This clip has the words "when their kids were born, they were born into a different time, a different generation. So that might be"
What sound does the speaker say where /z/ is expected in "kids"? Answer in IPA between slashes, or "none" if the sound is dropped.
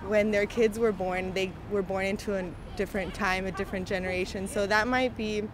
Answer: /z/